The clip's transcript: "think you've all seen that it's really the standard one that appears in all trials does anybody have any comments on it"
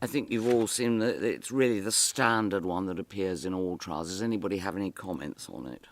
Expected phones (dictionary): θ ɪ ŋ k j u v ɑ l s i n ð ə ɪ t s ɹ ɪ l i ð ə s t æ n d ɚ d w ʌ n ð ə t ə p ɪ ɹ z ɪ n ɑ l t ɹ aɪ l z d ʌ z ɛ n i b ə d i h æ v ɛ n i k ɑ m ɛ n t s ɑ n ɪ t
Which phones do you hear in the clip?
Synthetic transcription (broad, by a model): θ ɪ ŋ k j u v ɑ l s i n ð ə ɪ t s ɹ ɪ l i ð ə s t æ n d ɚ d w ʌ n ð ə t ə p ɪ ɹ z ɪ n ɑ l t ɹ aɪ l z d ʌ z ɛ n i b ə d i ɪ v ɛ n i k ɑ m ɛ n t s n ɪ t